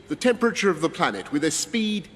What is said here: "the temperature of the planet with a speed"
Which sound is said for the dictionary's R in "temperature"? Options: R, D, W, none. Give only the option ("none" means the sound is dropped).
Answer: R